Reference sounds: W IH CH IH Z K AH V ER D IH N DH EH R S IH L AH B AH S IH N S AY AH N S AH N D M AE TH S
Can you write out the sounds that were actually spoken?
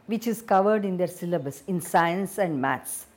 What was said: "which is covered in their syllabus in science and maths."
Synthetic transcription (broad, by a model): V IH CH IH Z K AH V ER D IH N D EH R S IH L AH B AH S IH N S AY AH N S AH N D M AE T S